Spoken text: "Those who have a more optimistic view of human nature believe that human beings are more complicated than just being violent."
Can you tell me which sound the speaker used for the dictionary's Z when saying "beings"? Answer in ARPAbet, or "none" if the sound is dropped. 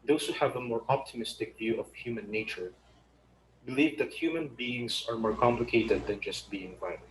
S